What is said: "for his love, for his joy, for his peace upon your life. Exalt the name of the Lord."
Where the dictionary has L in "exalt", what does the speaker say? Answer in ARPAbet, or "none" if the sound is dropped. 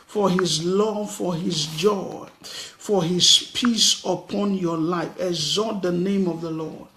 none